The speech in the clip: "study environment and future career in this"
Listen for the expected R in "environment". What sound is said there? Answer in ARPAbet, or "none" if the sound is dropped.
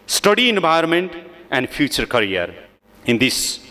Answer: none